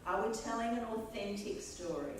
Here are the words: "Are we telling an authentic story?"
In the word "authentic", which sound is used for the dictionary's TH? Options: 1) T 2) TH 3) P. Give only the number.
2